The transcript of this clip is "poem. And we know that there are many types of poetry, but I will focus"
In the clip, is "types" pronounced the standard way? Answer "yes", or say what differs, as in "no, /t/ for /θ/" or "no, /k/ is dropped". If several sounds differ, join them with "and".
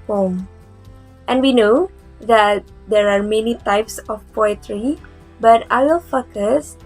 yes